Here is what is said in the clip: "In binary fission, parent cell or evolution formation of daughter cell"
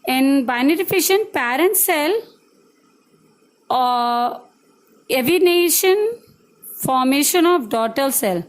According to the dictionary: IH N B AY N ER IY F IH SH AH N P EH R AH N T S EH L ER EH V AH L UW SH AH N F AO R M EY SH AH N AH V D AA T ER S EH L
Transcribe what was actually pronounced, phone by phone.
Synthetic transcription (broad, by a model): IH N B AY N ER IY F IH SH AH N P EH R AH N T S EH L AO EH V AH N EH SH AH N F AO R M EY SH AH N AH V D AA T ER S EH L